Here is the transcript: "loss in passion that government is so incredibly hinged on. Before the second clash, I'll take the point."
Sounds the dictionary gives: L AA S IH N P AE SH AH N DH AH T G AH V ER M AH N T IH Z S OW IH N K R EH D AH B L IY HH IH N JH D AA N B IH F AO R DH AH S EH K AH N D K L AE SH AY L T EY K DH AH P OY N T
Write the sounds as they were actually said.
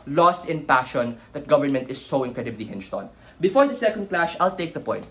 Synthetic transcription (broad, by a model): L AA S IH N P AE SH AH N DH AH T G AH V ER M AH N T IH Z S OW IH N K R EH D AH B L IY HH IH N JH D AA N B IH F AO R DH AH S EH K AH N D K L AE SH AY L T EY K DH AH P OY N T